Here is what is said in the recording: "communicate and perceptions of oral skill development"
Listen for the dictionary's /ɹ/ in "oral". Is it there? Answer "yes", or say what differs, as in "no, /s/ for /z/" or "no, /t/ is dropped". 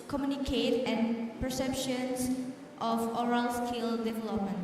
yes